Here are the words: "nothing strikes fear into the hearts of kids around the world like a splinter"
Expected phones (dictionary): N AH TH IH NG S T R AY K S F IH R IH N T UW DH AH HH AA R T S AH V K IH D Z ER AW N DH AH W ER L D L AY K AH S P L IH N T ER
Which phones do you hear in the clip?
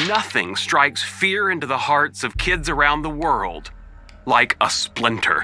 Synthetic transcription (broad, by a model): N AH TH IH NG S T R AY K S F IH R IH N T UW DH AH HH AA R T S AH V K IH D Z ER AW N DH AH W ER L D L AY K AH S P L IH N T ER